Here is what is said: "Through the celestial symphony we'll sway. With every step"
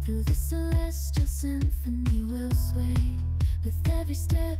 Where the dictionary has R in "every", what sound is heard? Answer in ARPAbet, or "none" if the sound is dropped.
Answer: none